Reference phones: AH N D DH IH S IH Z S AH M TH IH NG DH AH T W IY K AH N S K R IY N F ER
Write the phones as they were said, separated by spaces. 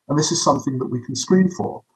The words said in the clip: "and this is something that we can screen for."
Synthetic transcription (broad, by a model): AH N DH IH S IH Z S AH M TH IH NG DH AH T W IY K AH N S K R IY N F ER